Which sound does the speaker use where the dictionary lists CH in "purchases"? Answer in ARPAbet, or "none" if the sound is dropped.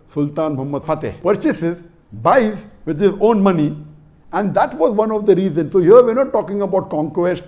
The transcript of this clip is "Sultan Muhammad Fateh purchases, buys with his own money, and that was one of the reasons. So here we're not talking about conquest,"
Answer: CH